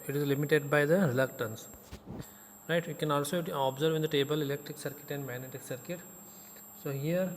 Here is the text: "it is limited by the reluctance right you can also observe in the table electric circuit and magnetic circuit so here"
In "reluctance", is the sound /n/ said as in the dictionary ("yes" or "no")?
yes